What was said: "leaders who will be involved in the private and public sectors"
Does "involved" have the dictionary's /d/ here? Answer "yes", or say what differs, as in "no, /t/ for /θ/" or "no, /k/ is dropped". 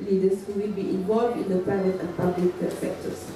yes